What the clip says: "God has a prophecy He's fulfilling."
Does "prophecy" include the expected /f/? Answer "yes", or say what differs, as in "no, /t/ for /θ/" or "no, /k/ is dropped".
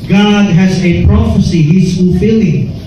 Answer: yes